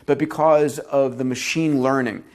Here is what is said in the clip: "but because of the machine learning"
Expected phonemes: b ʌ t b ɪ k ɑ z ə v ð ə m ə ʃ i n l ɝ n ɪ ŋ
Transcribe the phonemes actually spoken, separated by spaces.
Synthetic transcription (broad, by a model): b ʌ t b ɪ k ɑ z ə v ð ə m ə ʃ i n l ɝ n ɪ ŋ